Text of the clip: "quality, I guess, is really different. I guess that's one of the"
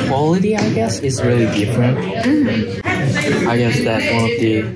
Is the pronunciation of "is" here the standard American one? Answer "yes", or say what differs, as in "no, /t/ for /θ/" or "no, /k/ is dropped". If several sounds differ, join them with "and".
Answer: yes